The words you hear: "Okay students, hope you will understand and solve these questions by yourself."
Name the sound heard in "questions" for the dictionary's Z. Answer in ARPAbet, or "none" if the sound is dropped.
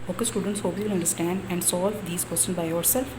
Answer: none